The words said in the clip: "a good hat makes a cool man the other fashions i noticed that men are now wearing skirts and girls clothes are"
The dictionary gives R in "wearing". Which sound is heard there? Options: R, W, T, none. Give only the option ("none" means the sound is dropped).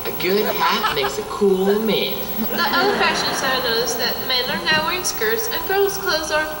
none